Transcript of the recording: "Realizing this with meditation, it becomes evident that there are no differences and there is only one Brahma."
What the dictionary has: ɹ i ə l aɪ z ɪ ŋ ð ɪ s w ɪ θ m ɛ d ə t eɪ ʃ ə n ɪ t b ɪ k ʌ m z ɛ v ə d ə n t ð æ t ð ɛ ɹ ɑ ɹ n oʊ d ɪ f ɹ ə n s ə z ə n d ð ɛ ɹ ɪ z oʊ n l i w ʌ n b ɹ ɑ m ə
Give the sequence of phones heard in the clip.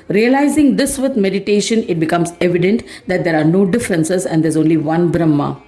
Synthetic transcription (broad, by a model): ɹ i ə l aɪ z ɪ ŋ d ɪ s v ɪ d m ɛ d ə t eɪ ʃ ə n ɪ t b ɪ k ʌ m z ɛ v ə d ə n t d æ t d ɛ ɹ ɑ ɹ n oʊ d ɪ f ɹ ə n s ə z ə n d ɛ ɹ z oʊ n l i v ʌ n b ɹ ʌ m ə